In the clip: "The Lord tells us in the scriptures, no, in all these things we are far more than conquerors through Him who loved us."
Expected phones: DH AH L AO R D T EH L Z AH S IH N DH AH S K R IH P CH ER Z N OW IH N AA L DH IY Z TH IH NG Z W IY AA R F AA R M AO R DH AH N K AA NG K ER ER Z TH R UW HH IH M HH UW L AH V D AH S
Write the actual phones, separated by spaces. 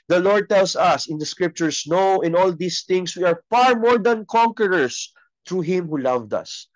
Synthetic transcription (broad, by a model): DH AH L AO R D T EH L S AH S IH N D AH S K R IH P CH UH S N OW IH N AA L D IY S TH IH NG S W IY AA R F AA R M AO R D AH N K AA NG K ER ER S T R UW HH IH M HH UW L AH V D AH S